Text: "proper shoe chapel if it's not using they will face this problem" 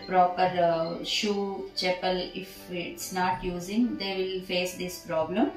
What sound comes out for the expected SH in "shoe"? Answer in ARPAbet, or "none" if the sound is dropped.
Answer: SH